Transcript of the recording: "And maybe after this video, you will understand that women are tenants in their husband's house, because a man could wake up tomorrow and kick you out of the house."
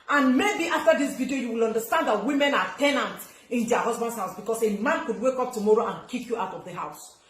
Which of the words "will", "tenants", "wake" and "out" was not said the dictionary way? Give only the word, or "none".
tenants